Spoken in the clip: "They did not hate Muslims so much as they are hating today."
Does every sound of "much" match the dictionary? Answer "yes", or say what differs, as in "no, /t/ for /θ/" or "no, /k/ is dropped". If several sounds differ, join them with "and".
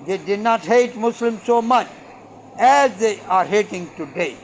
yes